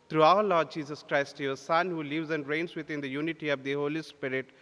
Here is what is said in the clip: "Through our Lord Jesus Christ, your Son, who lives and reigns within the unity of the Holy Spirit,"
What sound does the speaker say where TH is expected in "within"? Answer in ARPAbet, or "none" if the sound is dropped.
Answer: T